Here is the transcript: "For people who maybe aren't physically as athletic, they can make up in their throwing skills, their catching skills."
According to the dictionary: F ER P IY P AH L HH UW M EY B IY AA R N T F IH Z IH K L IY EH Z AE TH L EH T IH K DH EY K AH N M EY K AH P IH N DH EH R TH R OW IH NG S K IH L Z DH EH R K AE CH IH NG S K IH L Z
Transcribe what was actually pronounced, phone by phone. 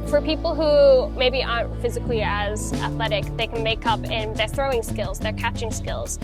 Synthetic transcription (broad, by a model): F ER P IY P L HH UW M EY B IY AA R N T F IH Z IH K L IY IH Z AE TH L EH T IH K DH EY K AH N M EY K AH P IH N DH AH R TH R OW IH NG S K IH L Z DH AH R K AE CH IH NG S K IH L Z